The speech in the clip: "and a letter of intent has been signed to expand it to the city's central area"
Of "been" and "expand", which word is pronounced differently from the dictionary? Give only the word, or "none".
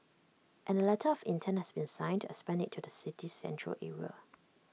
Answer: expand